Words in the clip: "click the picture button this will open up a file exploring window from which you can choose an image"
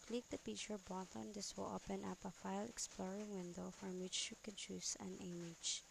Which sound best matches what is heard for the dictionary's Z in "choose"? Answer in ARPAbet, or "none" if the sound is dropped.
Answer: S